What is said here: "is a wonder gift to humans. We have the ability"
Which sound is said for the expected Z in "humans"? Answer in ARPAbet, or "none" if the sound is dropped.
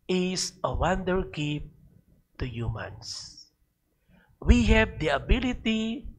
S